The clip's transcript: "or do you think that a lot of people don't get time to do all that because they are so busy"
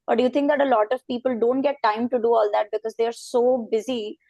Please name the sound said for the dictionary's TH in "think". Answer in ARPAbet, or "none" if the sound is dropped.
T